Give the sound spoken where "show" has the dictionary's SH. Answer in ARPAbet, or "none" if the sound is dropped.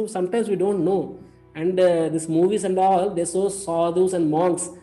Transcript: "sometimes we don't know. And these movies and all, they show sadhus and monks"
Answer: S